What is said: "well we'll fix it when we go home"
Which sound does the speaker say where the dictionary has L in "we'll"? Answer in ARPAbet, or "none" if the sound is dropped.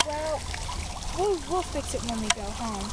W